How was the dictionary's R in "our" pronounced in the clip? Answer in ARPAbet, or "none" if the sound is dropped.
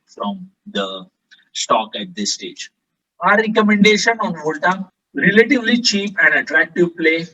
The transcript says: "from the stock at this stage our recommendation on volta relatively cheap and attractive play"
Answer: R